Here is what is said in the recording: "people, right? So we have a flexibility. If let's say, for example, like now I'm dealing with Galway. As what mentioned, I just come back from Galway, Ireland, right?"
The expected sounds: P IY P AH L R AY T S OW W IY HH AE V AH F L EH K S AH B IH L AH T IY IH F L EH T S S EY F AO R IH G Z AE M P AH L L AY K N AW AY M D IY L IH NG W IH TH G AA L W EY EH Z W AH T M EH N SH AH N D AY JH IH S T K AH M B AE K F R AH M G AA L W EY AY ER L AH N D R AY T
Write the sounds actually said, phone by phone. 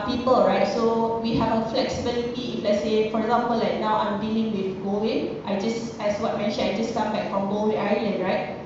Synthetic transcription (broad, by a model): P IY P AH L R AY T S OW W IY HH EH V AH F L EH K S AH B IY L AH T IY IH F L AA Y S S EY F AO R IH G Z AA M P AH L L AY K N AW AY M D IY L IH NG W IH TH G AA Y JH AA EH S W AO T M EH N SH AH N AY JH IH S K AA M B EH K F R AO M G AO W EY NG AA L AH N R AY T